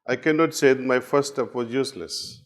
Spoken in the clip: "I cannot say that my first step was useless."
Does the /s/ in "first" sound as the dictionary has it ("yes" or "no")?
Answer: no